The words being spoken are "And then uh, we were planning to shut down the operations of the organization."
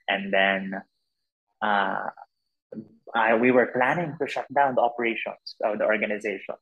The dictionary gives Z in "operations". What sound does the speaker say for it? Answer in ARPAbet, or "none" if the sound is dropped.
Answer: S